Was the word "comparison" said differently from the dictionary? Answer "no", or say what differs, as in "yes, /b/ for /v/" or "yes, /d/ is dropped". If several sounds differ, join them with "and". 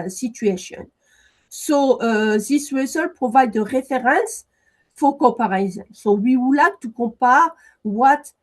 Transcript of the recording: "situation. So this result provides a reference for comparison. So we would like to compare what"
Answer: yes, /m/ is dropped